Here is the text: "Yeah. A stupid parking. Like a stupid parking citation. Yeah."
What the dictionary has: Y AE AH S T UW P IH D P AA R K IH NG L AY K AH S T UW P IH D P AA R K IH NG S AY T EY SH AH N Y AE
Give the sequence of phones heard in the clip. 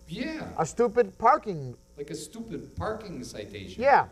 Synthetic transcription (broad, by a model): Y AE AH S T UW P IH D P AA R K IH NG L AY K AH S T UW P IH D P AA R K IH NG S AY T EY AH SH Y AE